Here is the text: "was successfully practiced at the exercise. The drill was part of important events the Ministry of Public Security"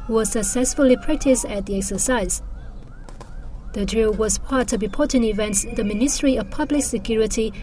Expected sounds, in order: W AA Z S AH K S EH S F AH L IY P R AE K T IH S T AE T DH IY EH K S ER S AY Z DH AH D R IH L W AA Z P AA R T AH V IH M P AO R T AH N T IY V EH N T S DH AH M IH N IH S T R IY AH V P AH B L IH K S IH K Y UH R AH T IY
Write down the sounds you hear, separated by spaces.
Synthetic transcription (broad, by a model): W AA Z S AH K S EH S F AH L IY P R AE K T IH S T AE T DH IY EH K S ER S AY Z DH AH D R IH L W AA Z P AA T T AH B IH P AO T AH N IY V EH N T S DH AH M IH N IH S T R IY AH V P AH B L IH K S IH K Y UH R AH T IY